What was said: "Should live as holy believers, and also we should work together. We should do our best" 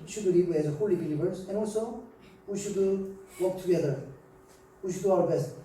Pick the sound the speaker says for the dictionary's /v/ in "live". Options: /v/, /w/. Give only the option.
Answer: /w/